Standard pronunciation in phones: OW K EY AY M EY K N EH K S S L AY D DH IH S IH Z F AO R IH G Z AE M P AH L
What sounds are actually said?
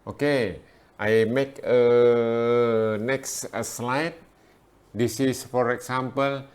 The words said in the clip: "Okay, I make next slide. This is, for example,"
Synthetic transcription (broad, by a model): OW K EY AY M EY K N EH K S S L AY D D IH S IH S F AO R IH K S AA M P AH L